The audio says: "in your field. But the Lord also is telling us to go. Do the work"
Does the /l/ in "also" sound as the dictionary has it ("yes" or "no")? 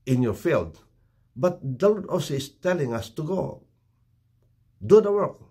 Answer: no